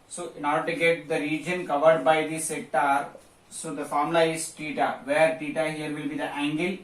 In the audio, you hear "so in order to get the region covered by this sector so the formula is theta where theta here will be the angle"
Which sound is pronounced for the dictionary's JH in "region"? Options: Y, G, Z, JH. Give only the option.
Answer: JH